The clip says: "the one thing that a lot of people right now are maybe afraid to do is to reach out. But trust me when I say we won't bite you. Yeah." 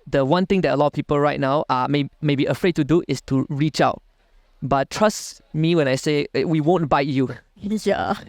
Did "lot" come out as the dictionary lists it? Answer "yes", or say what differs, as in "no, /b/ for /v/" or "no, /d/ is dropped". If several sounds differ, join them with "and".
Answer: no, /t/ is dropped